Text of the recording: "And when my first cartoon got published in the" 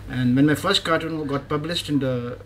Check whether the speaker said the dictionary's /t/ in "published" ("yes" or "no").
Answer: yes